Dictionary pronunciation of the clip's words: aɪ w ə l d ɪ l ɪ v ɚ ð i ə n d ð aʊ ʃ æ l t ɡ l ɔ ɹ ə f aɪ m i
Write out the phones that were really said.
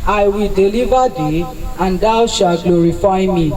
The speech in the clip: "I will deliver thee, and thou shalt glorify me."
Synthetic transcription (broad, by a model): aɪ w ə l d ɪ l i v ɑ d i ə n d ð aʊ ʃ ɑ t ɡ l ɔ ɹ ə f aɪ m i